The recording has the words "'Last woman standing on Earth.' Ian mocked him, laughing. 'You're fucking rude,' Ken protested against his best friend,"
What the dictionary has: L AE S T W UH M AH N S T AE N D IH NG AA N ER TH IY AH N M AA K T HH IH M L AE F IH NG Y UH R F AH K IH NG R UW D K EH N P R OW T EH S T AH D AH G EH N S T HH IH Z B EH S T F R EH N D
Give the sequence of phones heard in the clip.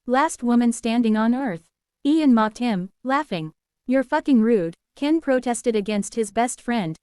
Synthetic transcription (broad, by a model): L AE S T W UH M AH N S T AE N D IH NG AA N ER TH IY AH N M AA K T HH IH M L AE F IH NG Y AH R F AH K IH NG R UW D K EH N P R OW T EH S T AH D AH G EH N S T HH IH Z B EH S T F R EH N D